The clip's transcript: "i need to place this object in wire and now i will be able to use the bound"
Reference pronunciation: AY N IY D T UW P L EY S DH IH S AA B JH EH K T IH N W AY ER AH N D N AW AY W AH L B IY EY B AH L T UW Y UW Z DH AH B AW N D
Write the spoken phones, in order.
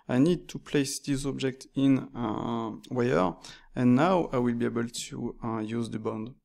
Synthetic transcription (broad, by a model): AY N IY D T UW P L EY S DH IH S AA B JH EH K T IH N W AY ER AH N N AW AY W AH L B IY EY B AH L T UW Y UW Z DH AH B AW N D